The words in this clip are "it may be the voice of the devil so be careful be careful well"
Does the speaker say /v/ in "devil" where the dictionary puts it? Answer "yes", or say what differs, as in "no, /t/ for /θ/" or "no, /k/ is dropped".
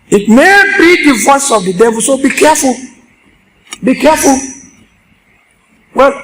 yes